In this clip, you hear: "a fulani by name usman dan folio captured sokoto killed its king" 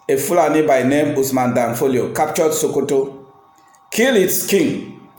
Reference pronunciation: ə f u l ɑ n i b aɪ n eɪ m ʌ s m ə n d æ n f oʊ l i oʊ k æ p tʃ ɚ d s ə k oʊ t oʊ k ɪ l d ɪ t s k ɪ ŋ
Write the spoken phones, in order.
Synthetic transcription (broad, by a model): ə f u l ɑ n i b aɪ n eɪ m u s m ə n d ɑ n f oʊ l i oʊ k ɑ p tʃ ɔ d s ə k oʊ t oʊ k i l ɪ t s k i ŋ